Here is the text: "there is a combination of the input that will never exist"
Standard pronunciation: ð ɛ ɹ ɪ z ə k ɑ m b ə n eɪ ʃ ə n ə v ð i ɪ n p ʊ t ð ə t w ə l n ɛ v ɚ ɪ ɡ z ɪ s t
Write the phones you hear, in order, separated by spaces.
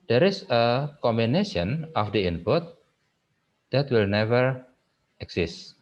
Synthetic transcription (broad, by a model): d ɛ ɹ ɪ s ə k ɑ m b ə n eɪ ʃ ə n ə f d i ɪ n p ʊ t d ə t w ə l n ɛ v ɚ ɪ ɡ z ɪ s t